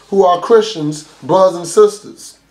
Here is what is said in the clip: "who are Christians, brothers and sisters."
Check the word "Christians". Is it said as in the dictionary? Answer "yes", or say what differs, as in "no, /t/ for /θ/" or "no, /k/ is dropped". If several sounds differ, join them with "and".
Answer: yes